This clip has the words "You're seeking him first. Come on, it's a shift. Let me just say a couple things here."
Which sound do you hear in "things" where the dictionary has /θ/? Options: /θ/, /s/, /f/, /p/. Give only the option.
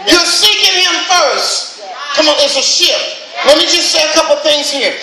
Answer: /θ/